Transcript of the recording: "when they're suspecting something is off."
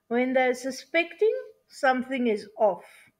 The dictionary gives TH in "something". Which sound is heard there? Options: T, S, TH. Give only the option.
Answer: TH